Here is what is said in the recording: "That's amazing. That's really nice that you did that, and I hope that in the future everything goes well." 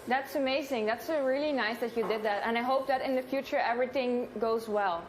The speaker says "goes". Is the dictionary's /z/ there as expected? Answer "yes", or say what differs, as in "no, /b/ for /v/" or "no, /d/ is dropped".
yes